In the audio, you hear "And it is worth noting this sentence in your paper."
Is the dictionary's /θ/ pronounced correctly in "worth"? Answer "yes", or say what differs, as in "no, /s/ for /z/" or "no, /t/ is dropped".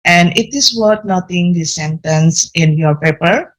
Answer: no, /t/ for /θ/